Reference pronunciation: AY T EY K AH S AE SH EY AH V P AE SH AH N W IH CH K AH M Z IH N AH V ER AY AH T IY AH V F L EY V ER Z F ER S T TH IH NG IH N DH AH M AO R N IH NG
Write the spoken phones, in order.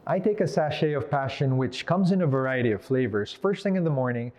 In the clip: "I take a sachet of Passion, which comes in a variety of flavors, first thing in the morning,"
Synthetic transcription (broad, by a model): AY T EY K AH S AE SH EY AH V P AE SH AH N W IH CH K AH M Z IH N AH V ER AY AH T IY AH V F L EY V ER Z F ER S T TH IH NG IH N DH AH M AO R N IH NG